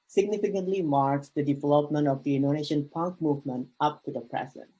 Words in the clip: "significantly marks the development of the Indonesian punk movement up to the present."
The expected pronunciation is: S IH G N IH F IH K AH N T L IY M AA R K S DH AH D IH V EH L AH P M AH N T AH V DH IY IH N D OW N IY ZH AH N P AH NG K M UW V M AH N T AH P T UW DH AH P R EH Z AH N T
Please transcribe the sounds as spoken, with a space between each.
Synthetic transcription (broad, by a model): S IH G N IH F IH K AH N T L IY M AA R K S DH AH D IH V EH L AH P M AH N T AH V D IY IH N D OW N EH SH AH N P AH NG K M UW V M AH N T AH P T UW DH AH P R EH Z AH N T